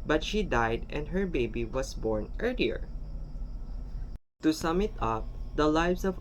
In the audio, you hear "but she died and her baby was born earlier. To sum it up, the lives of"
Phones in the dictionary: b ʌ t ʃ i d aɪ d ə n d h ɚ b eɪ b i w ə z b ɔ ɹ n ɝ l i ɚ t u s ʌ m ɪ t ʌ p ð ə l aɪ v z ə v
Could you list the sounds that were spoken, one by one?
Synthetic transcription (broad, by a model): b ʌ t ʃ i d aɪ d ə n d h ɚ b eɪ b i w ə s b ɔ ɹ n ɝ l i ɚ t u s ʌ m ɪ t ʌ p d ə l aɪ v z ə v